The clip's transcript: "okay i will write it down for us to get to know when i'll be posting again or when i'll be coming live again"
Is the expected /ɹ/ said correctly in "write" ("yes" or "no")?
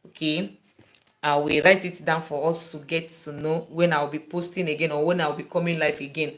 yes